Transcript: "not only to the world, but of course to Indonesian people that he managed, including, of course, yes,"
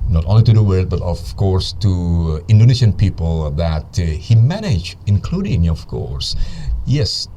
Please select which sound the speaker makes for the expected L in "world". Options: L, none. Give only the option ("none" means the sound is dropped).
none